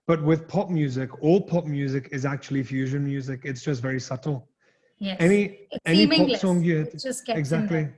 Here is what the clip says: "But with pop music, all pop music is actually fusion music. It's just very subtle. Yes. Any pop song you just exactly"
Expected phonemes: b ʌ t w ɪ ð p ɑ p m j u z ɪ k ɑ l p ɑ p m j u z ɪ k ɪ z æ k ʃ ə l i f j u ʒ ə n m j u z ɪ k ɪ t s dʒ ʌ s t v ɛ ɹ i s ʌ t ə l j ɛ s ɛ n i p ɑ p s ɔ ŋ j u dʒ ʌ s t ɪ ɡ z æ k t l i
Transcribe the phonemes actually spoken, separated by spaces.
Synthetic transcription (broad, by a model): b ʌ t w ɪ ð p ɑ p m j u z ɪ k ɑ l p ɑ p m j u z ɪ k ɪ z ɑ k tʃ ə l i f j u ʒ ə n m j u z ɪ k ɪ t s dʒ ʌ s t v ɛ ɹ i s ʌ t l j ɛ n ɛ n i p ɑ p s ɔ ŋ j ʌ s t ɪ ɡ z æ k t l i